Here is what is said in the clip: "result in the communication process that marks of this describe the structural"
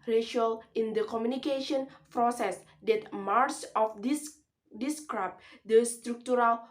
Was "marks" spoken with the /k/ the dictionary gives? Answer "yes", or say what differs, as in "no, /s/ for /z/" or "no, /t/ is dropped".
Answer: no, /k/ is dropped